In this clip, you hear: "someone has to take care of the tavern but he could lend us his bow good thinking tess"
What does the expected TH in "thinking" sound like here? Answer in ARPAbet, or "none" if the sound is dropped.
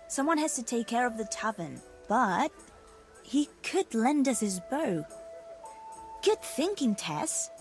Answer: TH